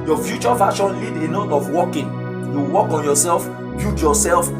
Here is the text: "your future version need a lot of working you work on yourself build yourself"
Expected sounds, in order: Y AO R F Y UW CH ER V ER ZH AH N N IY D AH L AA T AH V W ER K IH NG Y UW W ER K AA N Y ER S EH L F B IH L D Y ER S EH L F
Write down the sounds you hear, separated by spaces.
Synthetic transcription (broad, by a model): Y AO F Y UW CH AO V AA SH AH N L IY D AH N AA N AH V W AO K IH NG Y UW W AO K AA N Y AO S EH L F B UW D Y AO S EH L F